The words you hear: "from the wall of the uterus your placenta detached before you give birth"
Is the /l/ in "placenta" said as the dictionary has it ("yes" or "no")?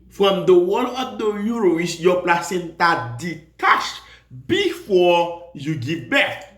yes